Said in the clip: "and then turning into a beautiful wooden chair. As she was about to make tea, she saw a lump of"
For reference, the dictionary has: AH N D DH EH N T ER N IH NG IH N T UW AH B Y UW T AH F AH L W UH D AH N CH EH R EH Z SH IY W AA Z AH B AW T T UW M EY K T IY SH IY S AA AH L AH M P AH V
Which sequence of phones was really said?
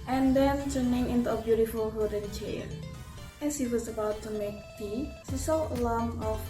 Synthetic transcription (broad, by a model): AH N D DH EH N T ER N IH NG IH N T UW AH B Y UW T AH F AH L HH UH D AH N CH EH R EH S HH IY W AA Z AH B AW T T UW M EY K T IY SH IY S AA AH L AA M AH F